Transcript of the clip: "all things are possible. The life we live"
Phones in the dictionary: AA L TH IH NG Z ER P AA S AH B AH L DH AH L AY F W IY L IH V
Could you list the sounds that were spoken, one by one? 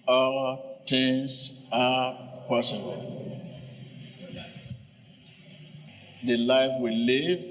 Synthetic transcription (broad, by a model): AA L T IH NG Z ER P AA S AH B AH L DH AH L AY F W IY L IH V